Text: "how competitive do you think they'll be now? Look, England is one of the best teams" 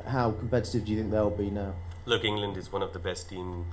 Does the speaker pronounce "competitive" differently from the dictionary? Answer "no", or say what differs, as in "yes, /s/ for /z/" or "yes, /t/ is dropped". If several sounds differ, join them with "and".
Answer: no